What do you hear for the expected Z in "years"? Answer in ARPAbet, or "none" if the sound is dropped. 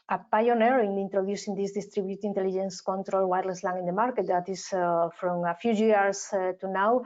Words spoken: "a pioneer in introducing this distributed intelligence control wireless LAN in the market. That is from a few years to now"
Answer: S